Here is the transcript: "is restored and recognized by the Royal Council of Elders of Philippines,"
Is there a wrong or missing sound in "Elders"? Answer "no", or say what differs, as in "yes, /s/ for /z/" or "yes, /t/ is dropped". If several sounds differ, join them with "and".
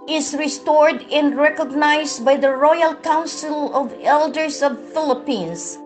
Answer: yes, /s/ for /z/